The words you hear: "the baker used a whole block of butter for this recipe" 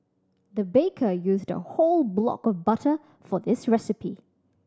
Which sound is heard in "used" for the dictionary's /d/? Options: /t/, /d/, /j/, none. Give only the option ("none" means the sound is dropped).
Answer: /d/